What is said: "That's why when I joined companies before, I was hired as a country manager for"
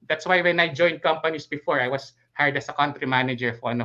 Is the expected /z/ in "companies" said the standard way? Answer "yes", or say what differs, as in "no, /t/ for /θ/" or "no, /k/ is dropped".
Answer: no, /s/ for /z/